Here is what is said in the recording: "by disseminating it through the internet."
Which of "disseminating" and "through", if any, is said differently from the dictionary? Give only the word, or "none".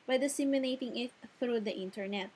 disseminating